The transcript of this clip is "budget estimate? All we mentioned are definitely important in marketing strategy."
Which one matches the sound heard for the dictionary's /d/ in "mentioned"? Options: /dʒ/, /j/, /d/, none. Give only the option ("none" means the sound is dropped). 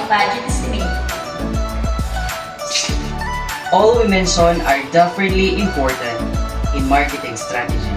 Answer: none